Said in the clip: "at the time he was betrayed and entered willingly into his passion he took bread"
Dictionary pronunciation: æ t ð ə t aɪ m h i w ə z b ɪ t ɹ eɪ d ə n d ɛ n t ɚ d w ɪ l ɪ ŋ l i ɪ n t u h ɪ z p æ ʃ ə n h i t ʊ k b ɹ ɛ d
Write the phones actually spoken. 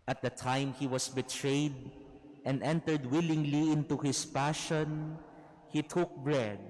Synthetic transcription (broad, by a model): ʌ t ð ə t aɪ m h i w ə s b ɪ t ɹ eɪ d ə n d ɛ n t ɚ d w ɪ l ɪ ŋ l i ɪ n t u h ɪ s p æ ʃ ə n h i t ʊ k b ɹ ɛ d